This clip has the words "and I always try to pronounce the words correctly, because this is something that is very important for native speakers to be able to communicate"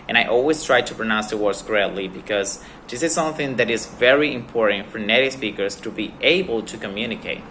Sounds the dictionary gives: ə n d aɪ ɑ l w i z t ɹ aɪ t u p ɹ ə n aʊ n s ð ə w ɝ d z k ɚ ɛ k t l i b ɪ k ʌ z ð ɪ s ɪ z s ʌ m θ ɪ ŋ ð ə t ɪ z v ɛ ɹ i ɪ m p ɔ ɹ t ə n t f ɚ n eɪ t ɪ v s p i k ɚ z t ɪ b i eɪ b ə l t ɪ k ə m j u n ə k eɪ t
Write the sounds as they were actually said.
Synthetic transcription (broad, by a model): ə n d aɪ ɑ l w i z t ɹ aɪ t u p ɹ ə n aʊ n s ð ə w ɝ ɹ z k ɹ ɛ t l i b ɪ k ʌ z ð ɪ s ɪ z s ʌ m θ ɪ ŋ ð ə t ɪ z v ɛ ɹ i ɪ m p ɔ ɹ t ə n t f ɚ n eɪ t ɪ s p i k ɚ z t ɪ b i eɪ b ə l t ɪ k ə m j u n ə k eɪ t